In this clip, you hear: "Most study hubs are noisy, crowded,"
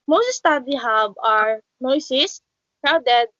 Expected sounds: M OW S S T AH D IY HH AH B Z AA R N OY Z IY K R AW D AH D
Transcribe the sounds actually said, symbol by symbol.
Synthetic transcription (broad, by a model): M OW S S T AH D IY HH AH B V AA R N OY S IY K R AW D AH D